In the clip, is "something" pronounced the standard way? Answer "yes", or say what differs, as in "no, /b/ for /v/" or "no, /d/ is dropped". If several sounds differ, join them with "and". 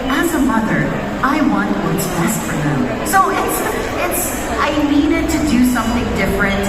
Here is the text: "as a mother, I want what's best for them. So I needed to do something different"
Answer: yes